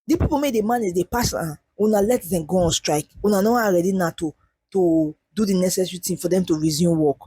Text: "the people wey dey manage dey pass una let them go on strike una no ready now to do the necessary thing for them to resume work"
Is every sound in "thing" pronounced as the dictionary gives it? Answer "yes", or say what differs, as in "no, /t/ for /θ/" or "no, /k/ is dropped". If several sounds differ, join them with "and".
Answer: no, /t/ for /θ/